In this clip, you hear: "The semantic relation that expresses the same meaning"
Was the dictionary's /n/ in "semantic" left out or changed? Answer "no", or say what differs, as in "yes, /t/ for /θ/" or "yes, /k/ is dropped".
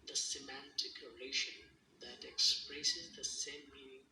no